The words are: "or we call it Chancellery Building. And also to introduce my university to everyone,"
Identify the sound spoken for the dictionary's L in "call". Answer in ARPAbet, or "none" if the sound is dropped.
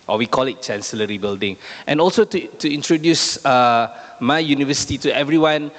L